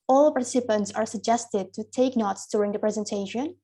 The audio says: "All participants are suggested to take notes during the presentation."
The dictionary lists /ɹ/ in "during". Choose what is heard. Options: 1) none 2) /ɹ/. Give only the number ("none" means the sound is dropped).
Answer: 2